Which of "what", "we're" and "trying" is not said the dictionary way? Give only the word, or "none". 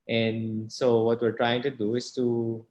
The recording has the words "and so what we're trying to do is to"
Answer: none